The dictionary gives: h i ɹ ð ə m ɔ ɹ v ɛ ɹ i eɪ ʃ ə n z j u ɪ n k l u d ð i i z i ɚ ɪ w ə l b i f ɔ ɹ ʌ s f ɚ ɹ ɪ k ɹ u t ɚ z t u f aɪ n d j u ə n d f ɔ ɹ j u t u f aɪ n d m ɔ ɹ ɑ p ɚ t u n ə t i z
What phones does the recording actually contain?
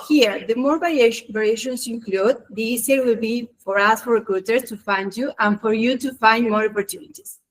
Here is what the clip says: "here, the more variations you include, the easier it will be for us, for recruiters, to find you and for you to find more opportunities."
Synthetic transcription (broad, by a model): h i ɹ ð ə m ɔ ɹ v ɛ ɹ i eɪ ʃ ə n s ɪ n k l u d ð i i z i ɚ w ə l b i f ɔ ɹ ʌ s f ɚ ɹ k u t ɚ s t u f aɪ n d j u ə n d f ɔ ɹ j u t u f aɪ n d m ɔ ɹ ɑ p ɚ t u n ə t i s